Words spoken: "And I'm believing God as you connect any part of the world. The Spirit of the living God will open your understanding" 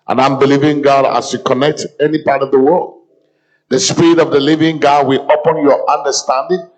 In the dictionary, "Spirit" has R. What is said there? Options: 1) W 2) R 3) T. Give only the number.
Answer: 2